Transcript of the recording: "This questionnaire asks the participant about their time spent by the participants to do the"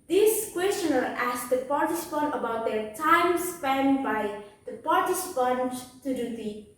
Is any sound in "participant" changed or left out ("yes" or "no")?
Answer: no